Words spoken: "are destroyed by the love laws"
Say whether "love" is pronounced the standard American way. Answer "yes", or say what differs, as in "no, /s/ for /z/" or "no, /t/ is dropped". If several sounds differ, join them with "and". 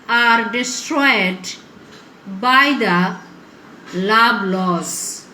no, /b/ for /v/